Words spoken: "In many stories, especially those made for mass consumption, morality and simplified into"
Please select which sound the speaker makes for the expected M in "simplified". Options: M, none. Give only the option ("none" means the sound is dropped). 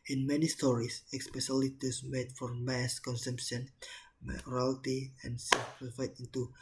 none